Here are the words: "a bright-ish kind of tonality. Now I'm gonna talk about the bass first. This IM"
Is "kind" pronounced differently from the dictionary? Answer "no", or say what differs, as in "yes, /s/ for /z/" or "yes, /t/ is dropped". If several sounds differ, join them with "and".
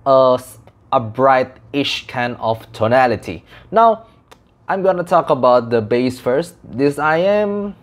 yes, /d/ is dropped